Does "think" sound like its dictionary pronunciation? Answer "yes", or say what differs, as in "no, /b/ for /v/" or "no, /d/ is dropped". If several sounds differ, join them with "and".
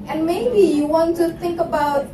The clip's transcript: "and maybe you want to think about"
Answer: yes